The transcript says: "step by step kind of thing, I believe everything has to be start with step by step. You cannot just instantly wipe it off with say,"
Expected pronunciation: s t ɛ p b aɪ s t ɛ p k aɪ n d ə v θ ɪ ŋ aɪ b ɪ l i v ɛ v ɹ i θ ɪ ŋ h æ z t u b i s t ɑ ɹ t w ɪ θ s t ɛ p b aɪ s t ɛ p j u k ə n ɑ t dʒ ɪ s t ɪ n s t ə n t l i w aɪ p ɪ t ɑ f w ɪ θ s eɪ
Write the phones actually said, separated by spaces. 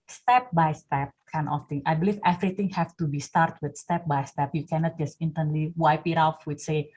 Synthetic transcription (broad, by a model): s t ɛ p b aɪ s t ɛ p k aɪ n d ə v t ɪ ŋ aɪ b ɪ l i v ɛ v ɹ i t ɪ ŋ h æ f t u b i s t ɑ ɹ t w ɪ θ s t ɛ p b aɪ s t ɛ p j u k ə n ɑ t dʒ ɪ s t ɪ n t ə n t l i w aɪ p ɪ t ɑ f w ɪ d s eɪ